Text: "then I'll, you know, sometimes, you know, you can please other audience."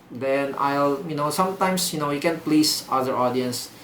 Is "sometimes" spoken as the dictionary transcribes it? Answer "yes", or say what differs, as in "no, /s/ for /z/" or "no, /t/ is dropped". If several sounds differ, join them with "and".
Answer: no, /s/ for /z/